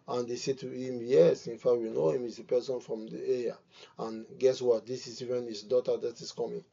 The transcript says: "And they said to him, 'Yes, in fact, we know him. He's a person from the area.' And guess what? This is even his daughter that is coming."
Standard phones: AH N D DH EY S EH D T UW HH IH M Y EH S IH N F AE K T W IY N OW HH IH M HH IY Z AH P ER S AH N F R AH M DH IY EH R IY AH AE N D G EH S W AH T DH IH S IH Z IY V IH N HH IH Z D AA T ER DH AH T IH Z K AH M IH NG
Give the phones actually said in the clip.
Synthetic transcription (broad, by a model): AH N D EY S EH T UW HH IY M Y EH S IH N F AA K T W IY N OW HH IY M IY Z AH P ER S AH N F R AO M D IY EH IY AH N G EH S W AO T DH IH S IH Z IY V IH N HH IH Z D AA T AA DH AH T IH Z K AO M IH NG